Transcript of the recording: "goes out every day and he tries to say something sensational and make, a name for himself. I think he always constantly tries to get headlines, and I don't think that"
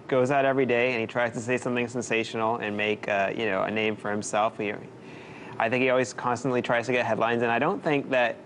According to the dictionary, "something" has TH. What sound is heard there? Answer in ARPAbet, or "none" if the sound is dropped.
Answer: TH